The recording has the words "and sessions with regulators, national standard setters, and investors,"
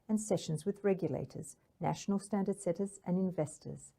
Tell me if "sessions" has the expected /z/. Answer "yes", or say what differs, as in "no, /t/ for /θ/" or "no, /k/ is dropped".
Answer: yes